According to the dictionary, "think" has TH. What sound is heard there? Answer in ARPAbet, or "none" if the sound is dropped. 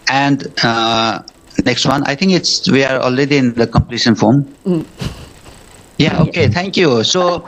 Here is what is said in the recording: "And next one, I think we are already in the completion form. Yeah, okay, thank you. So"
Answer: T